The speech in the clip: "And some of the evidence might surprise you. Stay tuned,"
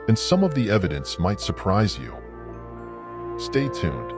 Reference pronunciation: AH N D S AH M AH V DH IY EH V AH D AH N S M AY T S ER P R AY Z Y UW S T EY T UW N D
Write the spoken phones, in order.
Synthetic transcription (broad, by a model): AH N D S AH M AH V DH IY EH V AH D AH N S M AY T S ER P R AY Z Y UW S T EY T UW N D